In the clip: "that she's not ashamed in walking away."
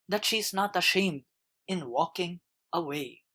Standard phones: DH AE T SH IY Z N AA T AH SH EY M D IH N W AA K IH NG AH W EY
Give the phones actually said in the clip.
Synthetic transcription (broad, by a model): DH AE T SH IY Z N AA T AH SH EY M D IH N W AA K IH NG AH W EY